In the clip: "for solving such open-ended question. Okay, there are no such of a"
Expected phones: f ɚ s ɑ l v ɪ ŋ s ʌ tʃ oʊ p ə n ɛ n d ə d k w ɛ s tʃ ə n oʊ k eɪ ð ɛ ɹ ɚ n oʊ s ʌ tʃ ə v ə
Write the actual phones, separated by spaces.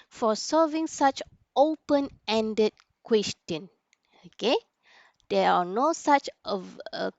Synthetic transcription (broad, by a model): f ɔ s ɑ v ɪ ŋ s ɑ tʃ oʊ p ə n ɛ n d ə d k w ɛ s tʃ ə n oʊ k eɪ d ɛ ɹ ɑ n oʊ s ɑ tʃ ə v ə